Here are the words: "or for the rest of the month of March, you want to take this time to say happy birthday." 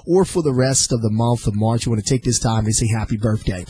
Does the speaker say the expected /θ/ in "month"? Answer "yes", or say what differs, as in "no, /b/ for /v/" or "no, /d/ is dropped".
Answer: yes